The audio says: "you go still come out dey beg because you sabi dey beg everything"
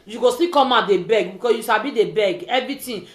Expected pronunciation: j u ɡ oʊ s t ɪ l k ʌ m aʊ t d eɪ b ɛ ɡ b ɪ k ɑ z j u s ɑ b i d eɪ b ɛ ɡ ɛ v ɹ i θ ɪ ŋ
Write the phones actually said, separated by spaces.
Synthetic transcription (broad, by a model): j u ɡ oʊ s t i k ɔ m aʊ d eɪ b ɛ ɡ b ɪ k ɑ j u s ɑ b i d eɪ b ɛ ɡ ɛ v ɹ i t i